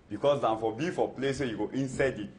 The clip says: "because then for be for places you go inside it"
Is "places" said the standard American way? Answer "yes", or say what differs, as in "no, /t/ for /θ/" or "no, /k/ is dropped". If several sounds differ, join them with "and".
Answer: no, /z/ is dropped